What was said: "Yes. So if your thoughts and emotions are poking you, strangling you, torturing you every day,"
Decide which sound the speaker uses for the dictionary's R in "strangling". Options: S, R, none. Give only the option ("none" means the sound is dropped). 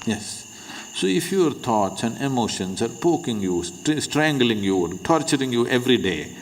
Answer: R